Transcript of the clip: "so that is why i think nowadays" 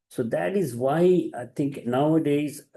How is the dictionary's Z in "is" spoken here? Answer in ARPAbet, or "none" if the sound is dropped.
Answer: Z